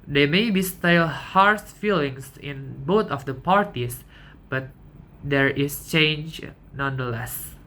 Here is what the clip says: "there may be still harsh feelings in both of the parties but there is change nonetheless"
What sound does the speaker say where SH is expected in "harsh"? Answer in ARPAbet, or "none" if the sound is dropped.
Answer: S